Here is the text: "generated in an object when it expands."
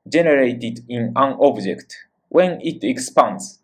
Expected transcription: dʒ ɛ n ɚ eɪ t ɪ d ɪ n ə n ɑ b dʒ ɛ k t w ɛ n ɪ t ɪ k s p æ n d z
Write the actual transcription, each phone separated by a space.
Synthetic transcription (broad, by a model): dʒ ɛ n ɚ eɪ t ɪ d ɪ n ə n ɑ b dʒ ɛ k t w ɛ n ɪ t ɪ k s p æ n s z